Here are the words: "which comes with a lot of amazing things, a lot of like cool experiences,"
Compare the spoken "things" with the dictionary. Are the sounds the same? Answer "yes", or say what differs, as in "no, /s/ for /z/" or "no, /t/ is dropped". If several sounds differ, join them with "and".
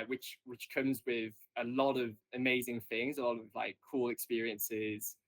yes